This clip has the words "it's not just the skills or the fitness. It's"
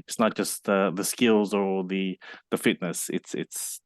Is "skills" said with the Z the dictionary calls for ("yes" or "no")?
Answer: yes